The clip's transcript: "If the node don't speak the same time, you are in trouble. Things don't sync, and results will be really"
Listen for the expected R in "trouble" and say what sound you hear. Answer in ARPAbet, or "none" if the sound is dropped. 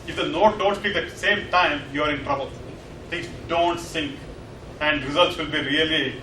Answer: R